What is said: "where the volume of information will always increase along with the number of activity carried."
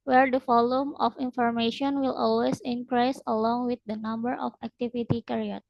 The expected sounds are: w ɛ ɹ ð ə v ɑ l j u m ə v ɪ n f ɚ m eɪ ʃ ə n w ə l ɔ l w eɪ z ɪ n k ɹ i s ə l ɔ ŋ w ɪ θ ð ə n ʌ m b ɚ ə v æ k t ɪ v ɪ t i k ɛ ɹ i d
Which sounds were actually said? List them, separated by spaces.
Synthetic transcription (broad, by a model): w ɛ ɹ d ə f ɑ l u m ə f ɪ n f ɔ m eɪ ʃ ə n w ə l ɔ l w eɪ s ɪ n k ɹ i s ə l ɔ ŋ w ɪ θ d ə n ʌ m b ɚ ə f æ k t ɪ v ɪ t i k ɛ ɹ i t